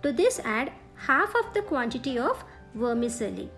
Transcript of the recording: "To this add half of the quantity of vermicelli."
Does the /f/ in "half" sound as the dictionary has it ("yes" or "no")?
yes